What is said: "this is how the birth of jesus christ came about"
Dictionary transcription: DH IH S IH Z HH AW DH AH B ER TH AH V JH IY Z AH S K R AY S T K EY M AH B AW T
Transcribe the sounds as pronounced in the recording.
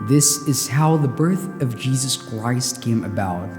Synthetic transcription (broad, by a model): DH IH S IH Z HH AW DH AH B ER TH AH V JH IY Z AH S K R AY S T K EY M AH B AW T